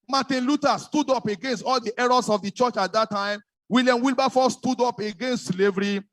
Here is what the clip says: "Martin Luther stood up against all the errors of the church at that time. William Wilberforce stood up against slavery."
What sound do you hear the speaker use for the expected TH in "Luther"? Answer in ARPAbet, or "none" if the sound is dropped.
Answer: T